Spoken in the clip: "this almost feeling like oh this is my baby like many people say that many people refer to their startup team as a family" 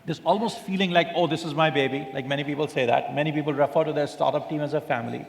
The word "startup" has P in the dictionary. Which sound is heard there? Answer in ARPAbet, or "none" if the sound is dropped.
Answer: P